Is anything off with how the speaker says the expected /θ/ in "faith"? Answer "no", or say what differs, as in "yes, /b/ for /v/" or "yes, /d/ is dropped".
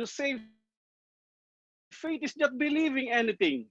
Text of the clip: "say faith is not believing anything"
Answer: yes, /t/ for /θ/